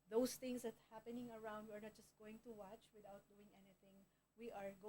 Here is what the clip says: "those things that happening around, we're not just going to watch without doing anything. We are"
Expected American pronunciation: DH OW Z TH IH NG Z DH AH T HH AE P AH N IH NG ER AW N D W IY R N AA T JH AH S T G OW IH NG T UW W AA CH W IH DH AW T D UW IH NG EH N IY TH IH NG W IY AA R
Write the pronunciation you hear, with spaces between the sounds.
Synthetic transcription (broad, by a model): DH OW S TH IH NG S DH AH T HH AE P AH N IH NG ER AW N D W IY R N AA T JH AH S T G OW IH NG T UW W AA CH W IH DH AW T D UW IH NG EH N IY TH IH NG W IY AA R